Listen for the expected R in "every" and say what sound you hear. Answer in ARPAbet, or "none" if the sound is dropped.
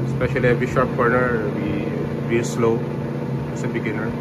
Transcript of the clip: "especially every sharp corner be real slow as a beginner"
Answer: none